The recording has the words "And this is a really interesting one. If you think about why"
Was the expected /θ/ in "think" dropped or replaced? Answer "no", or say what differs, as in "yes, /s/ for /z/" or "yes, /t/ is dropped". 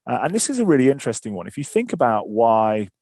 no